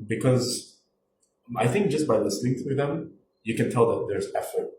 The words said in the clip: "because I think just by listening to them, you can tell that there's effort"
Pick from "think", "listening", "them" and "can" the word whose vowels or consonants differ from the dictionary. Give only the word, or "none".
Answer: none